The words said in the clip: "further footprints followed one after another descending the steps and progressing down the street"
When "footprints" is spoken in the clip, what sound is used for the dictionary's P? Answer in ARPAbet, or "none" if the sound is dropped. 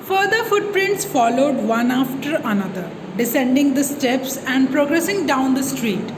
P